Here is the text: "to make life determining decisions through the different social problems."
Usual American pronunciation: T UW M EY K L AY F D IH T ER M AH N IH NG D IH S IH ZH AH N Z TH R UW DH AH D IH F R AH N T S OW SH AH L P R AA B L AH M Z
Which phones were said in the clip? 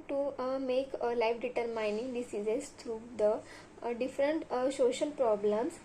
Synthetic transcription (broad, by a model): T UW M EY K L AY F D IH T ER M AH N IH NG D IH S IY Z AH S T R UW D AH D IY F R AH N T S OW SH AH L P R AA B L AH M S